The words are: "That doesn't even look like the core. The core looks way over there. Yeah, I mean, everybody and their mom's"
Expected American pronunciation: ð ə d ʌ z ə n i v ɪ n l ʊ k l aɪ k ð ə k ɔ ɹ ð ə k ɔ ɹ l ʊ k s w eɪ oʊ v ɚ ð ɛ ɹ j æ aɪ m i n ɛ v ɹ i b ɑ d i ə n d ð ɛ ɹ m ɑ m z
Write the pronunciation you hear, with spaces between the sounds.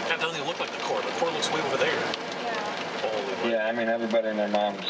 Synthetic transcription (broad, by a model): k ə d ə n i ɪ l ʊ k l aɪ k ð ə k ɔ ɹ ð ə k ɔ ɹ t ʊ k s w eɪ oʊ v ɚ ð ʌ ɹ j æ aɪ m i n ɛ v ɹ i b ɑ d i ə n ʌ ɹ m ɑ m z